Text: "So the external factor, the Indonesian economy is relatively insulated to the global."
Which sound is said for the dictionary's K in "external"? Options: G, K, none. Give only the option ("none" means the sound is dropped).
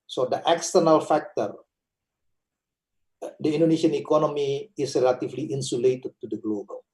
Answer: K